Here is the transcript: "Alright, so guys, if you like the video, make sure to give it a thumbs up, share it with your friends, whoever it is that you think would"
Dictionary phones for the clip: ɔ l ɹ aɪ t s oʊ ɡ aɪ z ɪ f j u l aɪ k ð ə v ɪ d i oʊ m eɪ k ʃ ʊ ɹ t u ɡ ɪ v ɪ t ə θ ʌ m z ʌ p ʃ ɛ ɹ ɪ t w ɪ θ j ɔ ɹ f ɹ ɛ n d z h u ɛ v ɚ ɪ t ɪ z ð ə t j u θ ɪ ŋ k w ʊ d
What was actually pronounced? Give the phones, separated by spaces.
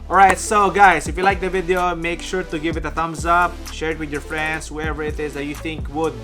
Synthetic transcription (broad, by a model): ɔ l ɹ aɪ t s oʊ ɡ aɪ s ɪ f j u l aɪ k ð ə v ɪ d i oʊ m eɪ k ʃ ʊ ɹ t u ɡ ɪ v ɪ t ə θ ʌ m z ʌ p ʃ ɛ ɹ ɪ t w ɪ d j ɔ ɹ f ɹ ɛ n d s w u ɛ v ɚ ɪ t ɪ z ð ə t j u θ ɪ ŋ k w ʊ d